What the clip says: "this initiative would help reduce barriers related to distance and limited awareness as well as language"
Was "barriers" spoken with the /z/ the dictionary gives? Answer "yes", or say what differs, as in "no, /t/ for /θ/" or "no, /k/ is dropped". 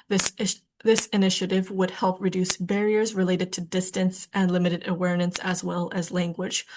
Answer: yes